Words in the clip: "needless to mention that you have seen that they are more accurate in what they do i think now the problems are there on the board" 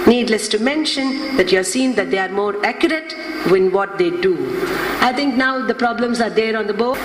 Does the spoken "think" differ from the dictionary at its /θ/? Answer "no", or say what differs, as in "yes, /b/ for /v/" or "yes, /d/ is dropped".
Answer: yes, /t/ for /θ/